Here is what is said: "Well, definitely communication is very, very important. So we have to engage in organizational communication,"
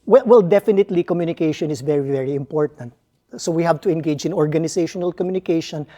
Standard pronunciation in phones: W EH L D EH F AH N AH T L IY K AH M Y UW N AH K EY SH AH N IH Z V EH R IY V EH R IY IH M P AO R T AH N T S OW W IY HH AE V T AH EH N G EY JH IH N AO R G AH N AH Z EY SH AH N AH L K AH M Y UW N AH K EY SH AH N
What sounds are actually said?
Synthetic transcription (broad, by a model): W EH L D EH F AH N AH T L IY K AH M Y UW N AH K EY SH AH N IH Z V EH R IY V EH R IY IH M P AO R T AH N T S OW W IY HH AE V T AH EH N G EY JH IH N AO R G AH N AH S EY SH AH N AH L K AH M Y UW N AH K EY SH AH N